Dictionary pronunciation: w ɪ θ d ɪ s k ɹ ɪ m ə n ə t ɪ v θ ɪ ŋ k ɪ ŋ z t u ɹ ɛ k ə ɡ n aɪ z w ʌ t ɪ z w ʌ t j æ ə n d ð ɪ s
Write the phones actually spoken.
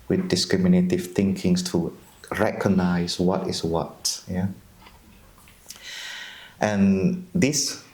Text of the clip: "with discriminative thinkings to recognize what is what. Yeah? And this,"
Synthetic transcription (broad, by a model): w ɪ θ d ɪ s k ɹ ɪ m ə n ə t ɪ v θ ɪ ŋ k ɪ ŋ s t u ɹ ɛ k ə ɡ n aɪ s w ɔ t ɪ s w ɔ t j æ ə n d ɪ s